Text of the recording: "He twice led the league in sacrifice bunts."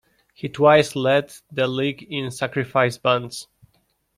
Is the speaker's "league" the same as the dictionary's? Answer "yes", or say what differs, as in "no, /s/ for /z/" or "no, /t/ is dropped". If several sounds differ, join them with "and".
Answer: yes